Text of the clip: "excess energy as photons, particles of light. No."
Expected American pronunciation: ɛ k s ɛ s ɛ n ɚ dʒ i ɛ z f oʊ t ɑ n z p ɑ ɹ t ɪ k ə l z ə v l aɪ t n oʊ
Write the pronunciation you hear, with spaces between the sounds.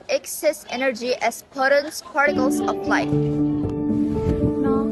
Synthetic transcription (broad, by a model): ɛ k s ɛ s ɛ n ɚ dʒ i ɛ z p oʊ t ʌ n s p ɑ ɹ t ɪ k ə l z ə p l aɪ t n